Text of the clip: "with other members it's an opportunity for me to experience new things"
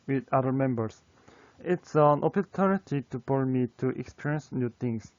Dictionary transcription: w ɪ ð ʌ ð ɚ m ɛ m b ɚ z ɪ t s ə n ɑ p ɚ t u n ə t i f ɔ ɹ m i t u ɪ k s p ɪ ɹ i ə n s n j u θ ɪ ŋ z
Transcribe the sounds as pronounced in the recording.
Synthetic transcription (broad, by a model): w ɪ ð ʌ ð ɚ m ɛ m b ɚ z ɪ t s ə n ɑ p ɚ t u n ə t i p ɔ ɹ m i t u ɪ k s p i ɹ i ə n s n j u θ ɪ ŋ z